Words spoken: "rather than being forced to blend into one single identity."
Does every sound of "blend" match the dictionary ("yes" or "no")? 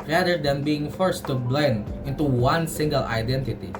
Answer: yes